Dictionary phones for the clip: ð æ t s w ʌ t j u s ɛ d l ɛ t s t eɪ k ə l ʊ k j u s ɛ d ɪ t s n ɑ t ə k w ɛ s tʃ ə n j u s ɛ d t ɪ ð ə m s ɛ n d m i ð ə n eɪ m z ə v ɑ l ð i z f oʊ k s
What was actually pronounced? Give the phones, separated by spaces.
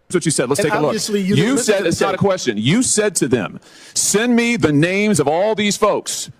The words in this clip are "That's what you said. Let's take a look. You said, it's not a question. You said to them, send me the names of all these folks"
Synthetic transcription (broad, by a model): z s w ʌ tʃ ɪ s ɛ d l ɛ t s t eɪ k ə l ʊ k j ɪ s ɛ d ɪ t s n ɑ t ə k w ɛ s tʃ ə n j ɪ s ɛ d t ɪ ð ə m s ɛ n m i ð ə n eɪ m z ə v ɑ l ð i z f oʊ k s